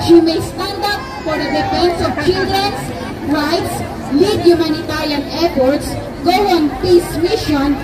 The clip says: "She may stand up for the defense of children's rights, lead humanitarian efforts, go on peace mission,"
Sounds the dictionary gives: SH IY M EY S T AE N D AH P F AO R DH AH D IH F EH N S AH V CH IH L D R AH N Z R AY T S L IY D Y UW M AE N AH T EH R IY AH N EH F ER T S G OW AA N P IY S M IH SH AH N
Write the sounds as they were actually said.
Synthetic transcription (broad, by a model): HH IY M EY S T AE N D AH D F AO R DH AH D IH P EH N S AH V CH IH L D R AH N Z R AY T S L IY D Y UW M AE N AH T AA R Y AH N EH P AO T S G OW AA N P IY S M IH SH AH N